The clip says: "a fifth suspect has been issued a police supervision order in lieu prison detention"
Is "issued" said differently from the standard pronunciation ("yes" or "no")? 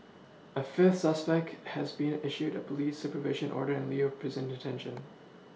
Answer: no